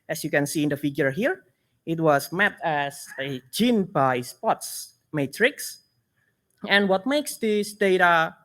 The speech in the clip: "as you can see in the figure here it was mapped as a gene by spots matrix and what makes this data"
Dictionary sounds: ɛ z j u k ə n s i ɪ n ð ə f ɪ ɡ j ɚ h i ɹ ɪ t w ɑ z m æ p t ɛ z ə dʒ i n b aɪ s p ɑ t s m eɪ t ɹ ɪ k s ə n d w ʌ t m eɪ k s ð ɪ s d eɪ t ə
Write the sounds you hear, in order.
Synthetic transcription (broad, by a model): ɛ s j u k ə n s i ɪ n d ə f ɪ ɡ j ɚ h i ɹ ɪ t w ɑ s m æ t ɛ s ə dʒ i n b aɪ s p ɑ t s m eɪ t ɹ ɪ k s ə n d w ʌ t m eɪ k s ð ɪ s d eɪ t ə